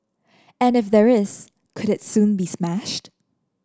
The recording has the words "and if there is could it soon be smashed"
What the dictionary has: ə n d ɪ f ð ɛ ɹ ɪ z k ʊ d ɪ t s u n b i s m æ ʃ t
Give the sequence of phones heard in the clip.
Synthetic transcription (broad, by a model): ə n ɪ f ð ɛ ɹ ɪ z k ʊ d ɪ t s u n b i s m æ ʃ t